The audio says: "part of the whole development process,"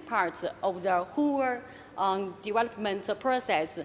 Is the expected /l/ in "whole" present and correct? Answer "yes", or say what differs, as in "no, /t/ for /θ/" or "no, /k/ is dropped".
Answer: no, /w/ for /l/